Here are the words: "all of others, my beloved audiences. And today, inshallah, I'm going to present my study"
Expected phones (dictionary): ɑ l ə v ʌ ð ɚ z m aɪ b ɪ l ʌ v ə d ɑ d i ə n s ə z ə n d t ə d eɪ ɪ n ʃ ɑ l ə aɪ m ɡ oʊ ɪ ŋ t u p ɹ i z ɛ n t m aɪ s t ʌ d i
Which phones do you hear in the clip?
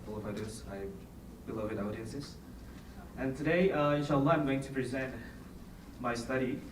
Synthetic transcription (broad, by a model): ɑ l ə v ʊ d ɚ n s aɪ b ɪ l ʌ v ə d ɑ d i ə n s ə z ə n t ə d eɪ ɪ ʃ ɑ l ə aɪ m ɡ oʊ ɪ ŋ t u p ɹ i z ɛ n t m aɪ s t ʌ d i